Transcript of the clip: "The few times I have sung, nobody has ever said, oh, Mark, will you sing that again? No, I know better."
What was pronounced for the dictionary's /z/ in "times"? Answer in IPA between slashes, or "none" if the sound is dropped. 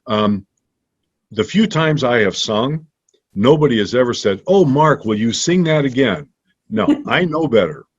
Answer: /z/